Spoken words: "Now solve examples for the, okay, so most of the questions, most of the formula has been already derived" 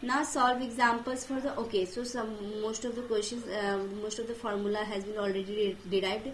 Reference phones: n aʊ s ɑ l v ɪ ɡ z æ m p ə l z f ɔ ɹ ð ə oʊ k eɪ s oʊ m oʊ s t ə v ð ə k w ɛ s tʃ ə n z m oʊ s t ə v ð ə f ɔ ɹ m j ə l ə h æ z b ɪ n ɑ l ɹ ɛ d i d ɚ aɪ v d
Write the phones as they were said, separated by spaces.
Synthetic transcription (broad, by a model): n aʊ s ɑ l v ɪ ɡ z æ m p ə l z f ɔ ɹ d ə oʊ k eɪ s oʊ m oʊ s t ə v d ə k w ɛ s ʃ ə n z m oʊ s t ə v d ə f ɔ ɹ m j ə l ə h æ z b ɪ n ɑ l ɹ ɛ d i d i aɪ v d